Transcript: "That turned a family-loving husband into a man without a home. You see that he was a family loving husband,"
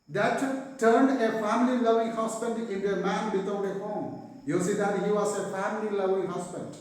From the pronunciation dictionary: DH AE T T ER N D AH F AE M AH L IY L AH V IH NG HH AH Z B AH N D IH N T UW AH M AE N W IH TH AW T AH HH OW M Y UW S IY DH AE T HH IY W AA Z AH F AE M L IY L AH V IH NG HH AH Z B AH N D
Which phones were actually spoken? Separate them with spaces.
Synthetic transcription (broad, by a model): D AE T T ER N D AH F AE M AH L IY L AH V IH NG HH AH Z B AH N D IH N T UW AH M AE N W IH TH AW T AH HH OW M Y UW S IY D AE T HH IY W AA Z AH F AE M L IY L AH V IH NG HH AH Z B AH N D